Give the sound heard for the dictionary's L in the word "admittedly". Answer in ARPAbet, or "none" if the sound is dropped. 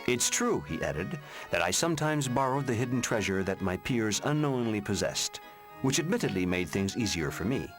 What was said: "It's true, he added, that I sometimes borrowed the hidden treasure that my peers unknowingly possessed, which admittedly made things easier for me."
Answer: L